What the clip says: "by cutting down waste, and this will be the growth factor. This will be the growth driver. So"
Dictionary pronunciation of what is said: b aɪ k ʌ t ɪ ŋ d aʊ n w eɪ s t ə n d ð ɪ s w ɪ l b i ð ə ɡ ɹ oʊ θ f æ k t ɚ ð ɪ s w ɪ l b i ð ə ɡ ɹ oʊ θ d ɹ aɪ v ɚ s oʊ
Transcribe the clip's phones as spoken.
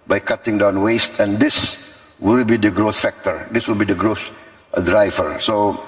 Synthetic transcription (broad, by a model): b aɪ k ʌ t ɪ ŋ d aʊ n w eɪ s t ə n d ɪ s w ɪ l b i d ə ɡ ɹ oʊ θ f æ k t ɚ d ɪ s w ɪ l b i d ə ɡ ɹ oʊ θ d ɹ aɪ v ɚ s oʊ